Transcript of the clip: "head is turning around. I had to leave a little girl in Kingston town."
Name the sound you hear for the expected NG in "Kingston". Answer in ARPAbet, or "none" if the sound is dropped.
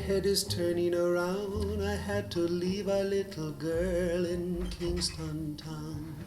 NG